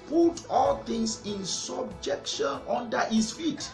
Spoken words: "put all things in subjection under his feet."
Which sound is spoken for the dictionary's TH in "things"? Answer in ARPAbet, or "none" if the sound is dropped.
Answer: T